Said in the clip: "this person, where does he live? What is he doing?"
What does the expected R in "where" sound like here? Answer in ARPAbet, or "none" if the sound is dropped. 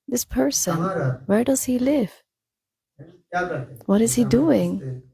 R